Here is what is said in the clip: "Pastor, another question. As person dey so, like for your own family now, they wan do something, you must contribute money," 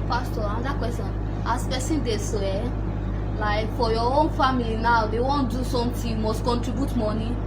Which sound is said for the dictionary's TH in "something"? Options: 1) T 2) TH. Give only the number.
1